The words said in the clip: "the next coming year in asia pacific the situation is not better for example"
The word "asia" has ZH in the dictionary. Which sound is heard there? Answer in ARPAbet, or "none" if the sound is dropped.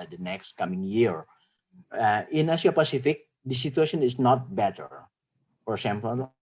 S